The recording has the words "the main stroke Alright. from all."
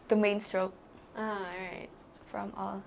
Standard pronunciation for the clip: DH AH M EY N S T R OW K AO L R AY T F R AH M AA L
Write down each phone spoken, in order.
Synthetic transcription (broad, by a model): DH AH M EY N S T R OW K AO R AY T F R AH M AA L